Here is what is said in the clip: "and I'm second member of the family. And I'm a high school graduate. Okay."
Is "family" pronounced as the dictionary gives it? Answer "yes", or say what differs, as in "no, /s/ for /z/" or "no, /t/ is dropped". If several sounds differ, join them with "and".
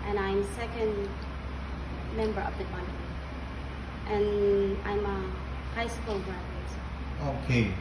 no, /n/ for /l/